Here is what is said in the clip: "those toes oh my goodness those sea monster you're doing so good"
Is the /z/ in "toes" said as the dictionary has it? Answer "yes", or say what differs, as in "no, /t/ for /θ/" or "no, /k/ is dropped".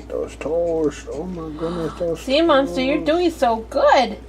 no, /s/ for /z/